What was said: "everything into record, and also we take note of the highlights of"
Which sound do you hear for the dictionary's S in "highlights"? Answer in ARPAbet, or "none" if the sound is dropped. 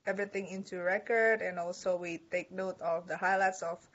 S